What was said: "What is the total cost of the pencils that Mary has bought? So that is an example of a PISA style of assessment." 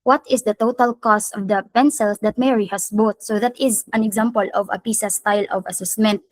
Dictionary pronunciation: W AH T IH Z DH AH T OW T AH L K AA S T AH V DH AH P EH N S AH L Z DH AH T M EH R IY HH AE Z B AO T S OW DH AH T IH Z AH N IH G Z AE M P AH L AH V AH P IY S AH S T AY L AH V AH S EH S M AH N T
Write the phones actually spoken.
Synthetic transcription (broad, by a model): W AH T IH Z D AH T OW T AH L K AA S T AH V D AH P EH N S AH L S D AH T M EH R IY HH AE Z B AO T S OW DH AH T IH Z AH N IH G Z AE M P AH L AH V AH P IY S AH S T AY L AH V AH S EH S M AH N T